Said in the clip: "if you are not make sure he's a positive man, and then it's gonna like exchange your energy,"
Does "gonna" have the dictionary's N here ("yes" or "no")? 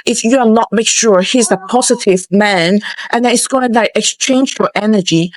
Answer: no